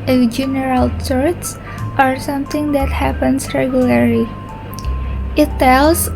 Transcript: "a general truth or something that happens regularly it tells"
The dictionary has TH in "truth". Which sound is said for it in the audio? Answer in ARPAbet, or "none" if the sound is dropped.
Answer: S